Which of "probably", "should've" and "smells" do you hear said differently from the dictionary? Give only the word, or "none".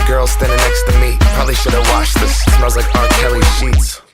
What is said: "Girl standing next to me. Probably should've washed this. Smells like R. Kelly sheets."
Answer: smells